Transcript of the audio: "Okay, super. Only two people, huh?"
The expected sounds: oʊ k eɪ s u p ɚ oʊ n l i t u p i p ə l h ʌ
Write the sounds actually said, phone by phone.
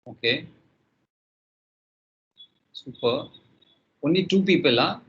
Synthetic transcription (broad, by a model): oʊ k eɪ s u p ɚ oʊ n i t u p i p ə l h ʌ